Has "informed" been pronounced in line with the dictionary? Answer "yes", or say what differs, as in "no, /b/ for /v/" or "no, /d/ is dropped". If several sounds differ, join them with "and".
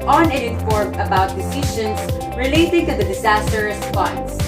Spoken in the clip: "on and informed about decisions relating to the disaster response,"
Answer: no, /d/ is dropped